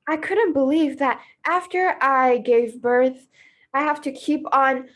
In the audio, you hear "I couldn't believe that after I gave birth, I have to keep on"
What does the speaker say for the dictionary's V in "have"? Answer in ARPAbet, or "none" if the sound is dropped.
F